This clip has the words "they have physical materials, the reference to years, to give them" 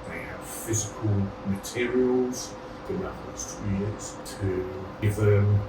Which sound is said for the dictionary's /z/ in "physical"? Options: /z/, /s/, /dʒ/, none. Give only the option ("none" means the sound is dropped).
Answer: /z/